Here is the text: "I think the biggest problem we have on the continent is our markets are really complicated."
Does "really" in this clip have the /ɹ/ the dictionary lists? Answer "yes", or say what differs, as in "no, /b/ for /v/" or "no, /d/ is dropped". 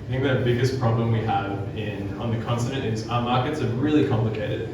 yes